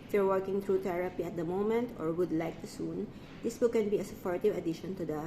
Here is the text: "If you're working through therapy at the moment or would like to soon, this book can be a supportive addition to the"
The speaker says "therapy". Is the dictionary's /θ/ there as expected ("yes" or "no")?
no